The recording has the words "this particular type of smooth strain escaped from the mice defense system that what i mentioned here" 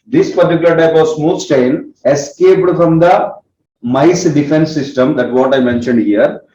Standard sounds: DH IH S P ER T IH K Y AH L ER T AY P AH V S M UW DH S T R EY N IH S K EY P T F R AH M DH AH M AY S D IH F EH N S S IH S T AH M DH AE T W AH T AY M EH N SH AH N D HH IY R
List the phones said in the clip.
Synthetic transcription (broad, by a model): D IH S P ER T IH K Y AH L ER T AY P AH V S M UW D S T EY N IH S K EY P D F R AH M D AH M AY S D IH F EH N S S IH S T AH M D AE T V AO T AY M EH N SH AH N D HH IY R